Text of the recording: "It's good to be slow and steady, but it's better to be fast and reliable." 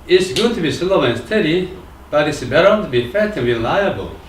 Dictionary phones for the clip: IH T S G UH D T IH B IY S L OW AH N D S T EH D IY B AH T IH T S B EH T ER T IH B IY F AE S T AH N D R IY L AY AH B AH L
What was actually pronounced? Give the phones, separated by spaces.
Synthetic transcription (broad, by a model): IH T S G UH D T IH B IY S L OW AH N S T EH D IY B AH T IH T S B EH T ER T IH B IY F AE T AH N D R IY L AY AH B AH L